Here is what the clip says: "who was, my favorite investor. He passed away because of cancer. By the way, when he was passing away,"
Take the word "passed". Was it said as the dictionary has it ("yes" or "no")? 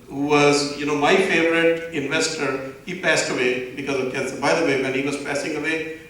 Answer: yes